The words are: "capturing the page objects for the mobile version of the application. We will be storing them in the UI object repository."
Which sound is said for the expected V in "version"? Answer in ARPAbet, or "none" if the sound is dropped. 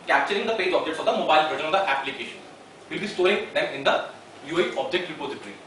P